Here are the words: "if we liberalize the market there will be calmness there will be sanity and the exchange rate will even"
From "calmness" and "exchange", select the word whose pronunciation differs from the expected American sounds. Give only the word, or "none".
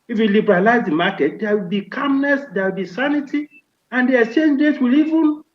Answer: none